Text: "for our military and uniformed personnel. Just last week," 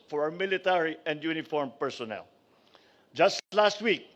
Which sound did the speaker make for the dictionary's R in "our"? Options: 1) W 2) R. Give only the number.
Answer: 1